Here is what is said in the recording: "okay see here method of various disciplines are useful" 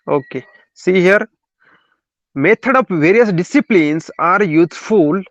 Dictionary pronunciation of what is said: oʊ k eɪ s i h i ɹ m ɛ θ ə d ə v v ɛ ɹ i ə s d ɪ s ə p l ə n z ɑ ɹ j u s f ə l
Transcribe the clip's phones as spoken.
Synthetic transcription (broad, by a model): oʊ k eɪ s i h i ɹ m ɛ t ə d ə p v ɛ ɹ i ə s d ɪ s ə p l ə n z ɑ ɹ j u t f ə l